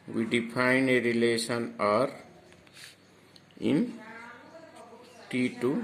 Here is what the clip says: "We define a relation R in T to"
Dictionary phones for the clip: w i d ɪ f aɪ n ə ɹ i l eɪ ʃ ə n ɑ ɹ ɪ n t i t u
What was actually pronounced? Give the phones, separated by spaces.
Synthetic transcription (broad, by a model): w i d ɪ p aɪ n ə ɹ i l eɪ s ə n ɑ ɹ ɪ n t i t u